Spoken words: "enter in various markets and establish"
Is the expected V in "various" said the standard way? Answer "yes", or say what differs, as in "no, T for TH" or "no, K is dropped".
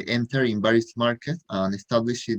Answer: no, B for V